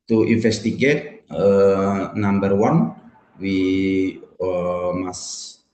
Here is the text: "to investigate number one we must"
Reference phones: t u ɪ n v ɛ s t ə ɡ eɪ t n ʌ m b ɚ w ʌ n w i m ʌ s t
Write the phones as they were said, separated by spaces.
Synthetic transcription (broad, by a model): t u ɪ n f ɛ s t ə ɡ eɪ t n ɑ m b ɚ w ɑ n w i m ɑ s